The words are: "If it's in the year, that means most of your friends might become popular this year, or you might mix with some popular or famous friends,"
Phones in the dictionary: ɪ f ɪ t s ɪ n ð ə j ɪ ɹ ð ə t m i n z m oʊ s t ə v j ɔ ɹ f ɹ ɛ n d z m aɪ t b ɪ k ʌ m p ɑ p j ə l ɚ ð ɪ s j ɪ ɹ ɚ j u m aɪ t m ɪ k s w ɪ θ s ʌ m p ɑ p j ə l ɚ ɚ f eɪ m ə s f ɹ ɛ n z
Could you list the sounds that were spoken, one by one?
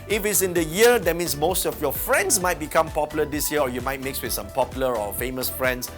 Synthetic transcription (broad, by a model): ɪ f ɪ t s ɪ n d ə j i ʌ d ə t m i n s m oʊ s t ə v j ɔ f ɹ ɛ n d s m aɪ t b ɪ k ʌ m p ɑ p j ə l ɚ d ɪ s j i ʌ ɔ j u m aɪ t m ɪ k s w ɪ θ s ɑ m p ɑ p j l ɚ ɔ f eɪ m ə s f ɹ ɛ n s